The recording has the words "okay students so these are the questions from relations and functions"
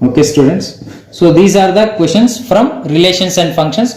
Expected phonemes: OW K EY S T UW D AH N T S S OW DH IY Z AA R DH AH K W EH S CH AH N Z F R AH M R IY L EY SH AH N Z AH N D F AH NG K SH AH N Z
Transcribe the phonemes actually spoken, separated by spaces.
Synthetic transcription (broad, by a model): OW K EY S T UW D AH N T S S OW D IY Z AA R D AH K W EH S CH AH N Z F R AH M R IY L EY SH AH N S AH N D F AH NG K SH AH N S